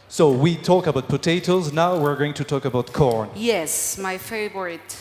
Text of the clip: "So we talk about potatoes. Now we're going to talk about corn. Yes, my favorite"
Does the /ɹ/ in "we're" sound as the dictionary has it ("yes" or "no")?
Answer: yes